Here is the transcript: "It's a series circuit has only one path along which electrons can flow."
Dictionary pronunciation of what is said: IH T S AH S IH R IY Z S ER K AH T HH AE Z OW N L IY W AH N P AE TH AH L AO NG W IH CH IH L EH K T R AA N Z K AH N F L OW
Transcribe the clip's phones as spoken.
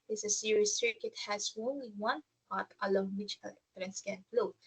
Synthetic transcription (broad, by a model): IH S AH S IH R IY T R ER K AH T HH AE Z OW N L IY W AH N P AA T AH L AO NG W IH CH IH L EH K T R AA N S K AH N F L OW